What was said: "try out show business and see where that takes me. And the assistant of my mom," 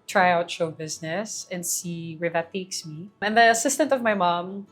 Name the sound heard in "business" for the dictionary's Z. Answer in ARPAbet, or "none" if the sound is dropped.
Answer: Z